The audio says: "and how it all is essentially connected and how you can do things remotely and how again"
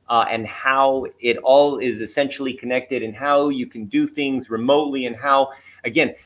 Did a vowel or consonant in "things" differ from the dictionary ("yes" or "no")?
no